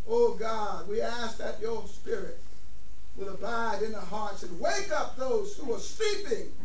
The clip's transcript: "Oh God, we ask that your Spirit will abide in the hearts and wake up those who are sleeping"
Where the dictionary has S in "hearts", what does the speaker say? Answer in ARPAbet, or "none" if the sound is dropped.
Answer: S